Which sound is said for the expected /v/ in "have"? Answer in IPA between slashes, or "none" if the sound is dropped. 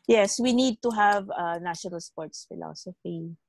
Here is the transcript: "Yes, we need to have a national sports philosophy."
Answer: /v/